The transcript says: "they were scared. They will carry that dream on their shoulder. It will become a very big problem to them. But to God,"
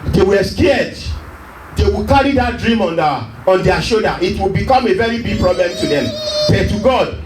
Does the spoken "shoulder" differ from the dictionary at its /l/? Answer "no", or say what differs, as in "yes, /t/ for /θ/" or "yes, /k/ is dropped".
yes, /l/ is dropped